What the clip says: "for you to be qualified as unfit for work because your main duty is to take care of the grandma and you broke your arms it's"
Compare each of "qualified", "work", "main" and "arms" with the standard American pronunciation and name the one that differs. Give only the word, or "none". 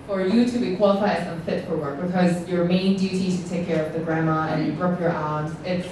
arms